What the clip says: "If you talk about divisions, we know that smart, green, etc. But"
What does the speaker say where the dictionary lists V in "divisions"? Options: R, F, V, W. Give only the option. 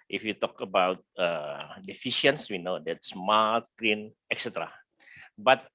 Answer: F